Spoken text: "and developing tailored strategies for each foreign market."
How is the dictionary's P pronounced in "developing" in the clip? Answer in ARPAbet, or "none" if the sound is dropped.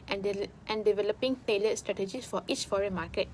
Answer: P